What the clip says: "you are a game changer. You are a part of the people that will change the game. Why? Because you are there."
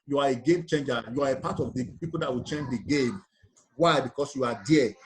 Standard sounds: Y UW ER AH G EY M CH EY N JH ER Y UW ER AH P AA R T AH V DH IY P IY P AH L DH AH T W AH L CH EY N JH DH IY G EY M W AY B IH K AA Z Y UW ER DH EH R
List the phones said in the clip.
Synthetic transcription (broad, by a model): Y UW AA AH G EY M CH EY N JH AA Y UW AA AH P AA T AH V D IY P IY P AH L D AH T W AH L CH EY N JH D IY G EY M W AY B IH K AA S Y UW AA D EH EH